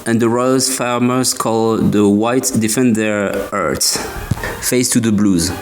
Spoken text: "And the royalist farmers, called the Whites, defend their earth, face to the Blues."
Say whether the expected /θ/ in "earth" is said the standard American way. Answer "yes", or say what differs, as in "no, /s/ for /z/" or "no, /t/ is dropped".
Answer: no, /s/ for /θ/